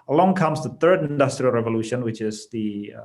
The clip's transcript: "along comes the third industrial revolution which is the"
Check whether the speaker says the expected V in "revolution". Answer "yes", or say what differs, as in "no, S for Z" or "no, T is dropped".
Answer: yes